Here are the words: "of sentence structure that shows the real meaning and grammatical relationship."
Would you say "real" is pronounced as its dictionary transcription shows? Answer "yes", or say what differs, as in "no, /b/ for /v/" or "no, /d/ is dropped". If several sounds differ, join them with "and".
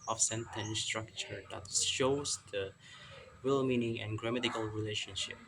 no, /w/ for /ɹ/